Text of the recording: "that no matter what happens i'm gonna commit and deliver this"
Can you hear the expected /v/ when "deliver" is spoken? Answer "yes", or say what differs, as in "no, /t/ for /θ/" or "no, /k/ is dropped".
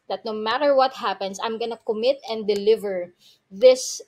yes